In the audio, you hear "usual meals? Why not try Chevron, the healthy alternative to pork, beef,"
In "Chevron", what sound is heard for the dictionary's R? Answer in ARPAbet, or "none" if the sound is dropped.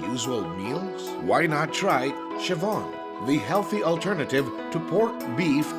none